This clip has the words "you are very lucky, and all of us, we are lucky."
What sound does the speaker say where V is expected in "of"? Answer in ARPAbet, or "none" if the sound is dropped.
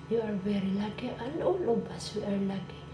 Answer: B